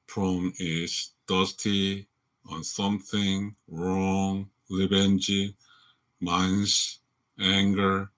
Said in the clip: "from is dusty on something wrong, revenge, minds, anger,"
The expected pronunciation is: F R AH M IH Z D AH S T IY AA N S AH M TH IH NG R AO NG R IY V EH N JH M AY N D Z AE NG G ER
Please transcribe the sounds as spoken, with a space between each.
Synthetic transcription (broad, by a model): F R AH M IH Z D AH S T IY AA N S AH M TH IH NG R AO NG L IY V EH N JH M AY N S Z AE NG G ER